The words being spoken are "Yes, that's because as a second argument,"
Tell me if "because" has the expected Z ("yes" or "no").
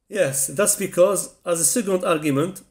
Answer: yes